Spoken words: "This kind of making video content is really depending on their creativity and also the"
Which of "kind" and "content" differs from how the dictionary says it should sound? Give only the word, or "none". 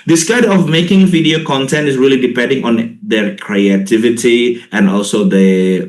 kind